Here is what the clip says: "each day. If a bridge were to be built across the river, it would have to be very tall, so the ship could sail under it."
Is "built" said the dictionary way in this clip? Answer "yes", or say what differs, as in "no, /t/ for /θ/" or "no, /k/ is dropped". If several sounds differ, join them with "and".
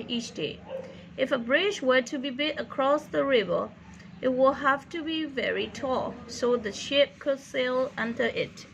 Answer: no, /l/ is dropped